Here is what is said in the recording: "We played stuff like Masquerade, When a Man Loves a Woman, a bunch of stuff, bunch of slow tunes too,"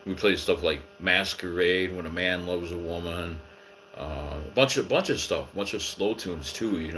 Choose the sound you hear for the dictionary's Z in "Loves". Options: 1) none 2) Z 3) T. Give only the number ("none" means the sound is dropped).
2